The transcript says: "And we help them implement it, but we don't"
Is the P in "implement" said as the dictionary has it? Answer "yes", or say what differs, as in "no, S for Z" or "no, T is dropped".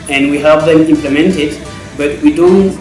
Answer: yes